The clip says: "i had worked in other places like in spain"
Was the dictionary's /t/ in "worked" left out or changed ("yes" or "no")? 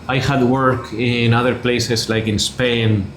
yes